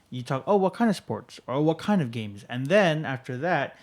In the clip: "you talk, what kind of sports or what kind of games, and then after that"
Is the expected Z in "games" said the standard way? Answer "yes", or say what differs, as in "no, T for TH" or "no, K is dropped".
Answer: yes